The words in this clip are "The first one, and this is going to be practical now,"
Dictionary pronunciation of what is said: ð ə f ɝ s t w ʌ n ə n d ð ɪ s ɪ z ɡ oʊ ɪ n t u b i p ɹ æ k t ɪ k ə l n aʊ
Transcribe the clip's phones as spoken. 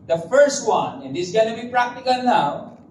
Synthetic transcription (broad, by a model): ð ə f ɝ s t w ʌ n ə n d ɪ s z ɡ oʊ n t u b i p ɹ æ k t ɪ k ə l n aʊ